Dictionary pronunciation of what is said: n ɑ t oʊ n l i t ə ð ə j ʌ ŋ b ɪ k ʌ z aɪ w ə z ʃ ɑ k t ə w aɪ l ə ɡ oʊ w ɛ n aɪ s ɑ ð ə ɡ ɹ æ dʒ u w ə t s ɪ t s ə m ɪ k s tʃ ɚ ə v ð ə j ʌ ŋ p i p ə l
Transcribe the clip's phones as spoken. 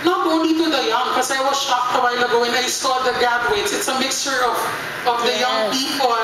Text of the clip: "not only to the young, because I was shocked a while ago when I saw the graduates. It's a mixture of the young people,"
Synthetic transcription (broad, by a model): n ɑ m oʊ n i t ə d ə j ʌ ŋ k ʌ s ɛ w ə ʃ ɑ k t ə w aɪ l ə ɡ oʊ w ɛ n aɪ s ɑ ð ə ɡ æ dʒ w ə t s ɪ t s ə m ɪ k s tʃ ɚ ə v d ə j ʌ ŋ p i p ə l